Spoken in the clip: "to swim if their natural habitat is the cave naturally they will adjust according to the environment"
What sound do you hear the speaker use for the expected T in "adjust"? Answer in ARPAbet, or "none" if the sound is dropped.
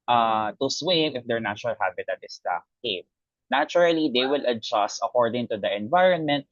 T